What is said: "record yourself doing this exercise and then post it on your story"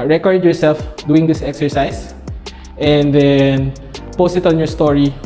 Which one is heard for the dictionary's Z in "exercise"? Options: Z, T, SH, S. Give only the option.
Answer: S